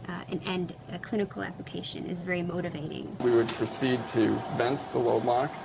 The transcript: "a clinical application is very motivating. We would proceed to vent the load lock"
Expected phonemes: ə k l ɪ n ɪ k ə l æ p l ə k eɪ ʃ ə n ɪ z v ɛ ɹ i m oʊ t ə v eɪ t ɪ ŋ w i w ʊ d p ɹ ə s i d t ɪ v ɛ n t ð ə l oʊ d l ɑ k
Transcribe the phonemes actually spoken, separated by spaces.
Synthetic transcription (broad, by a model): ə k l ɪ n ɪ k l æ p l ə k eɪ ʃ ə n ɪ z v ɛ ɹ i m oʊ t ə v eɪ t ɪ ŋ w i w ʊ d p ɹ ə s i d t ɪ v ɛ n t ð ə l oʊ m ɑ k